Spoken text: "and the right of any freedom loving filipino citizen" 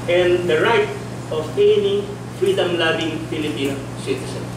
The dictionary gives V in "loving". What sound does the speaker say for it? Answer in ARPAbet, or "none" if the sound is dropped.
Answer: B